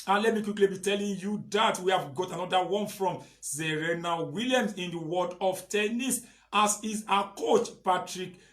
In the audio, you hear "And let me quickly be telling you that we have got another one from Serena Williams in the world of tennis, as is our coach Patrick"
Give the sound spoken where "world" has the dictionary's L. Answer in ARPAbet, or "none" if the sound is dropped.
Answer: none